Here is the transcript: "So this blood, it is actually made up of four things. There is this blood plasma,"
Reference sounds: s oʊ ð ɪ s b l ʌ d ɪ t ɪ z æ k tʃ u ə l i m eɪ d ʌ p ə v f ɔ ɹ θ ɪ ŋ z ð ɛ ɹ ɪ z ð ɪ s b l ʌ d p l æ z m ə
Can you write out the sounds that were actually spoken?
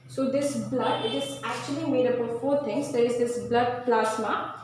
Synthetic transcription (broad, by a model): s oʊ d ɪ s b l ʌ d ɪ t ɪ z æ k tʃ u ə l i m eɪ d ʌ b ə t f ɔ ɹ t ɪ ŋ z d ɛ ɹ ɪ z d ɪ s b l ʌ d p l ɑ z m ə